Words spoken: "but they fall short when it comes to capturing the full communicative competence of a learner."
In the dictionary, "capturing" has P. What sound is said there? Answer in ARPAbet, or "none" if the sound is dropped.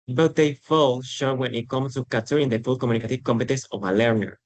none